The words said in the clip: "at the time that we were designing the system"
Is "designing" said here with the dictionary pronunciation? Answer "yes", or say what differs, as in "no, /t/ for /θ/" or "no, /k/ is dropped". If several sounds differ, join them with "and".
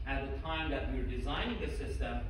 yes